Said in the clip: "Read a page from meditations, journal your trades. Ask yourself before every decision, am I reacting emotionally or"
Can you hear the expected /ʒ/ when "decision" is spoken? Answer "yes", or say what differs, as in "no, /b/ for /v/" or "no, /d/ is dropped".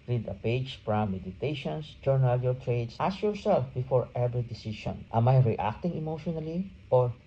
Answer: no, /ʃ/ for /ʒ/